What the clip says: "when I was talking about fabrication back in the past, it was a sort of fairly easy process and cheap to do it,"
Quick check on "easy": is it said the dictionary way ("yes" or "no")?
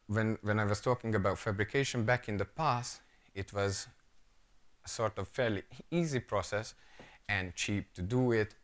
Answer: yes